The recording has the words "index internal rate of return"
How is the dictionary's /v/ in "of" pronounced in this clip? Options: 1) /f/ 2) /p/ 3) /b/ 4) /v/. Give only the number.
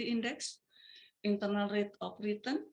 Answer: 2